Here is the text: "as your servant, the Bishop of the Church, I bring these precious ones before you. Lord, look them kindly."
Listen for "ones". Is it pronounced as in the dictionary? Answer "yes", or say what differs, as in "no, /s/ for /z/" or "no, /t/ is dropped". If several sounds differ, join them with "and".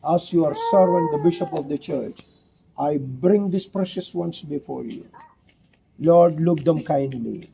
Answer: no, /s/ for /z/